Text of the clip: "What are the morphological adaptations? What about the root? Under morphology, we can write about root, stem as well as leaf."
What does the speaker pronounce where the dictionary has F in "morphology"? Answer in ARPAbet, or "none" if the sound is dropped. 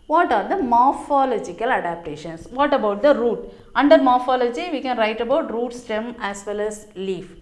F